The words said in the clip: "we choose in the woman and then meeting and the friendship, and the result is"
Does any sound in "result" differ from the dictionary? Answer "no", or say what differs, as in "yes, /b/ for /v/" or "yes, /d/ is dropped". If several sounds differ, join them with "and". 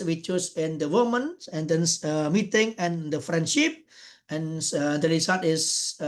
yes, /s/ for /z/ and /l/ is dropped